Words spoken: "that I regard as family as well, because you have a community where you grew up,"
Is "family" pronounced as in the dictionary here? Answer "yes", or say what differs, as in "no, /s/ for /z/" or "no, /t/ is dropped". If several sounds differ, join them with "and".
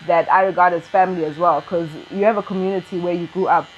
yes